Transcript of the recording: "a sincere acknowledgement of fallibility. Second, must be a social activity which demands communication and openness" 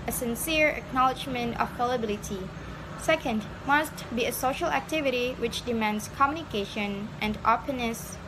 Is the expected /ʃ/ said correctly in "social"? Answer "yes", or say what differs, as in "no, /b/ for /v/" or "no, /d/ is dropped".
yes